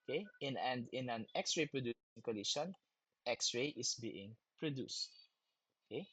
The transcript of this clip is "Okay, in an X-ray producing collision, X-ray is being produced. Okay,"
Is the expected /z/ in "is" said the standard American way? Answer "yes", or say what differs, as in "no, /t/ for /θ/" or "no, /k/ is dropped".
no, /s/ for /z/